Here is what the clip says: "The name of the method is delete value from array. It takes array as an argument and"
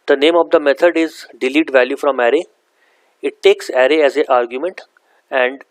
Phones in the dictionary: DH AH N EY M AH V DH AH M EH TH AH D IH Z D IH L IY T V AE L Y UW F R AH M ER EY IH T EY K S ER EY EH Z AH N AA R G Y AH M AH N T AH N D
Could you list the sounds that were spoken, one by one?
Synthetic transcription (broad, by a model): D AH N EY M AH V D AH M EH T AH D IH Z D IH L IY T V AE L Y UW F R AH M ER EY IH T EY K S ER EY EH Z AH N AA R G Y AH M AH N T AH N D